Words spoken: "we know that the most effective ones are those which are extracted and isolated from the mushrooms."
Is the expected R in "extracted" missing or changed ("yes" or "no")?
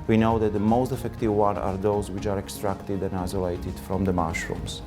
no